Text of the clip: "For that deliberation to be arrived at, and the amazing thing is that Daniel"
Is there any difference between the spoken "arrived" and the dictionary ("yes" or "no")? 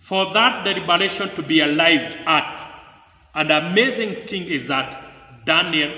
yes